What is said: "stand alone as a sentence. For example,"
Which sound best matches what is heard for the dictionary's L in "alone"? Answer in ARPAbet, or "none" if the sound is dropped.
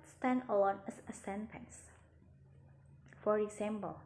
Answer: W